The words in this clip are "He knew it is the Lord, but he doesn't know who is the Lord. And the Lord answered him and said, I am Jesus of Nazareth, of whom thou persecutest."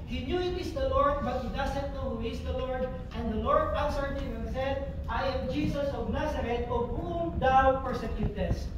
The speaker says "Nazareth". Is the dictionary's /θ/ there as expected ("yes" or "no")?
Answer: no